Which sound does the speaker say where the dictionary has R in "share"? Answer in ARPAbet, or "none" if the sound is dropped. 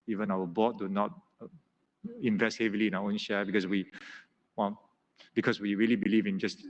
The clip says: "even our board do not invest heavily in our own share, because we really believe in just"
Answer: W